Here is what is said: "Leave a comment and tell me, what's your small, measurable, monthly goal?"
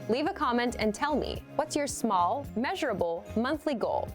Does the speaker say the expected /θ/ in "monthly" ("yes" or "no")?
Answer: yes